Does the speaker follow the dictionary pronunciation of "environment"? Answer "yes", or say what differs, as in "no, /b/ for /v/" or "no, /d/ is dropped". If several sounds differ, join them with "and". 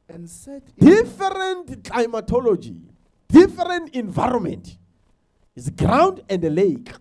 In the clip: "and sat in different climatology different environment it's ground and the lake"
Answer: yes